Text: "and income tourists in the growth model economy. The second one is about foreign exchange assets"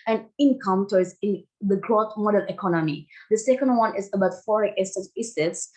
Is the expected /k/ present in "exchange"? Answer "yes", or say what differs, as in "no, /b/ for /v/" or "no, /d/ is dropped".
no, /k/ is dropped